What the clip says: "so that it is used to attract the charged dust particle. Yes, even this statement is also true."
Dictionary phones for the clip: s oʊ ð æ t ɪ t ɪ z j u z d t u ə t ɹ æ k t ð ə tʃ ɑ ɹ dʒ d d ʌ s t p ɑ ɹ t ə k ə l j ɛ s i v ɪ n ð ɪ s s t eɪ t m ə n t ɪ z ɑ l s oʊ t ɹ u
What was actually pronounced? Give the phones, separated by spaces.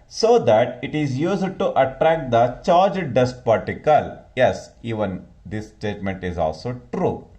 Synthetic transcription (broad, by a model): s oʊ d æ t ɪ t ɪ z j u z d t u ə t ɹ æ k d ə tʃ ɑ ɹ dʒ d d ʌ s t p ɑ ɹ t ə k ə l j ɛ s i v ɪ n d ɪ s s t eɪ t m ə n t ɪ z ɑ l s oʊ t ɹ u